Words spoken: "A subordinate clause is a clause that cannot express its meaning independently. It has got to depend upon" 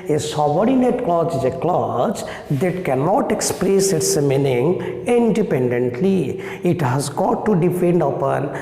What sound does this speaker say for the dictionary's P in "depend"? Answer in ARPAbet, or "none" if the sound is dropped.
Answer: F